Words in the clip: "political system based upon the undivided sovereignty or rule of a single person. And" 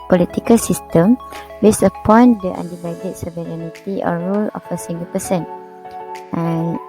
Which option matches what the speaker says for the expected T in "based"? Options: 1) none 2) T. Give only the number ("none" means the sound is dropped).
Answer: 1